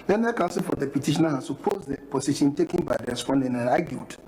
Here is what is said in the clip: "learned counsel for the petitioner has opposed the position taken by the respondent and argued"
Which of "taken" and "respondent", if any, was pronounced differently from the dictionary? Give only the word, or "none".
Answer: respondent